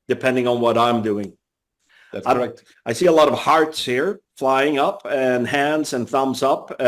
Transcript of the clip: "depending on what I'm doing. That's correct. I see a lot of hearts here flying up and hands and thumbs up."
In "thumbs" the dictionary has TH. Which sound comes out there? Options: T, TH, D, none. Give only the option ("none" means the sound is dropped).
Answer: TH